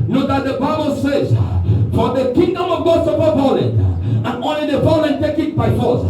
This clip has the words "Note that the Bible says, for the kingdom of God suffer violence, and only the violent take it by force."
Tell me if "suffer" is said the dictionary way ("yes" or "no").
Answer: no